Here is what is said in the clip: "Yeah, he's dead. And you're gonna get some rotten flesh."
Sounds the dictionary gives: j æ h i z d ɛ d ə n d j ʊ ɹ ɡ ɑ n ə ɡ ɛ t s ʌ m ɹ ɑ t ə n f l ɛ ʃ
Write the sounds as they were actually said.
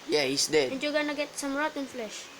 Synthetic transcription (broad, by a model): j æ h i s d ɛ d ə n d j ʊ ɡ ɑ n ə ɡ ɛ t s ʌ m ɹ ɑ t ə n f l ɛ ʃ